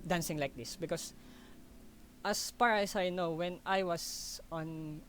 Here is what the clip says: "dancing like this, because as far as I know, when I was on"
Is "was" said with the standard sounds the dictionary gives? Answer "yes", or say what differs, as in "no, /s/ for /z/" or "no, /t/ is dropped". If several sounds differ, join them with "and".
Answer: no, /s/ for /z/